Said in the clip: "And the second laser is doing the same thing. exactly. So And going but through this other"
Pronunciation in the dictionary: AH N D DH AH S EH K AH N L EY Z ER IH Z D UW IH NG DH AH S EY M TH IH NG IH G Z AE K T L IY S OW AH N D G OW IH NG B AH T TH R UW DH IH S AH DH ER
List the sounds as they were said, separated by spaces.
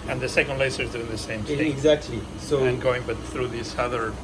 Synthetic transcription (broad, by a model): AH N DH AH S EH K AH N L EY S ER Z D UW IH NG DH AH S EY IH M IH G Z AE K T L IY S OW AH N G OW IH NG B AH T TH R UW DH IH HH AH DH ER